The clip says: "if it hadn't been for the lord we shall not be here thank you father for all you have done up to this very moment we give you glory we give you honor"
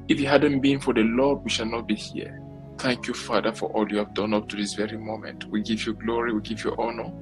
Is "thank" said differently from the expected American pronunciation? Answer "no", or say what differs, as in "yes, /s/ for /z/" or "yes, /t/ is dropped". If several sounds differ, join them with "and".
no